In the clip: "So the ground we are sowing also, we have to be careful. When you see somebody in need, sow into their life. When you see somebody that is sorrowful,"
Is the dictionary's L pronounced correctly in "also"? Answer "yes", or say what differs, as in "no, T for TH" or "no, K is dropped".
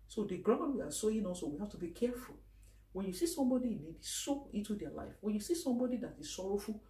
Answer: no, L is dropped